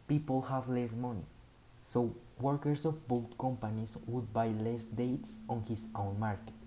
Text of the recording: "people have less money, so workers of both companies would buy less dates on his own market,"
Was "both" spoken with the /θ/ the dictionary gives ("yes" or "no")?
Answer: no